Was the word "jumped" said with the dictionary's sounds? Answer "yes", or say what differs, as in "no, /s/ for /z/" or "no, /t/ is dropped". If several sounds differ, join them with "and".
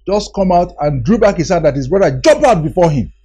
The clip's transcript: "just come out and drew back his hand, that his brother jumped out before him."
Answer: no, /t/ is dropped